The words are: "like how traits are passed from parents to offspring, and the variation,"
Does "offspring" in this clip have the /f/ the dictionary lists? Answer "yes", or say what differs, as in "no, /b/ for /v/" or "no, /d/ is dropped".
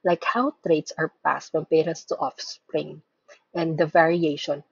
yes